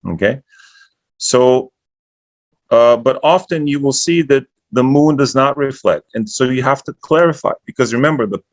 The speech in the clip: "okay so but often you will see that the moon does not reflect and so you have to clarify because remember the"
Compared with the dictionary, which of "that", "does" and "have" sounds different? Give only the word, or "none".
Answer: have